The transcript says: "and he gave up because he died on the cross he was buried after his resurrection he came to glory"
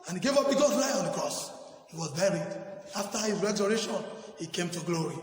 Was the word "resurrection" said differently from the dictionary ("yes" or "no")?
yes